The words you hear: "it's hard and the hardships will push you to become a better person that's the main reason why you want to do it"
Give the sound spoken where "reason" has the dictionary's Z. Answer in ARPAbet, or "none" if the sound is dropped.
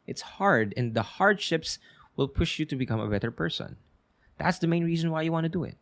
Z